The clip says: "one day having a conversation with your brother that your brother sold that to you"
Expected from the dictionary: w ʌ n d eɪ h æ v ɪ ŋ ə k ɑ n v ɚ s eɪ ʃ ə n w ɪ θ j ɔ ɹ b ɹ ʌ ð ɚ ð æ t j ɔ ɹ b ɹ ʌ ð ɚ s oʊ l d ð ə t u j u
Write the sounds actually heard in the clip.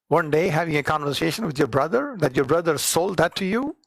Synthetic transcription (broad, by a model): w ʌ n d eɪ h æ v ɪ ŋ ə k ɑ n v ɚ s eɪ ʃ ə n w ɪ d j ɔ ɹ b ɹ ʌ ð ɚ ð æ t j ɔ ɹ b ɹ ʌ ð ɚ s oʊ l d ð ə t u j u